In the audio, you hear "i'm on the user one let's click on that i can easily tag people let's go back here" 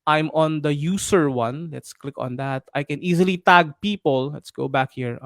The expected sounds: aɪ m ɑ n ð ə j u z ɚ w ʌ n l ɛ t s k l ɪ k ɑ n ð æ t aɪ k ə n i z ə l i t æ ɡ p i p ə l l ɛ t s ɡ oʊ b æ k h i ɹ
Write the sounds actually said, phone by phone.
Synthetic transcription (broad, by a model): aɪ m ɑ n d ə j u s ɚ w ʌ n l ɛ t s k l ɪ k ɑ n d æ t aɪ k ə n i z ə l i t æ ɡ p i p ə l l ɛ t s ɡ oʊ b æ k h i ɹ